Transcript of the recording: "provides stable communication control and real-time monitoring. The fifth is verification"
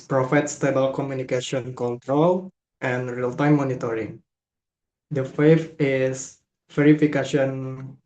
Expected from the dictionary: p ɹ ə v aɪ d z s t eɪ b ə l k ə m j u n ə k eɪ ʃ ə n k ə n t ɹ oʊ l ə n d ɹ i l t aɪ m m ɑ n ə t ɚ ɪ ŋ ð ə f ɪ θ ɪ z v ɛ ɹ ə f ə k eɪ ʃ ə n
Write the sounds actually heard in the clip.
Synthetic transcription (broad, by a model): p ɹ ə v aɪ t s t eɪ b ə l k ə m j u n ə k eɪ ʃ ə n k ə n t ɹ oʊ l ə n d ɹ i l t aɪ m m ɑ n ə t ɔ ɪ ŋ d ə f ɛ f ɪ s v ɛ ɹ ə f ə k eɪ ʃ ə n